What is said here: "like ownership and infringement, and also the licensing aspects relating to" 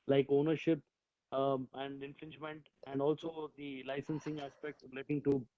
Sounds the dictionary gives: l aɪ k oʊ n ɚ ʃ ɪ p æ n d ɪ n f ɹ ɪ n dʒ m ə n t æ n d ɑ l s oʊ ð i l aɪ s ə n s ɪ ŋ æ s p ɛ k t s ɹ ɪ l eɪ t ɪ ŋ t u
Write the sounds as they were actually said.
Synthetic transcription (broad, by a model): l aɪ k oʊ n ɚ ʃ ɪ p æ n d ɪ n f ɹ ɪ n dʒ m ə n t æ n d ɑ l s oʊ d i l aɪ s ə n s ɪ ŋ æ s p ɛ k t s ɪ l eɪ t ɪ ŋ t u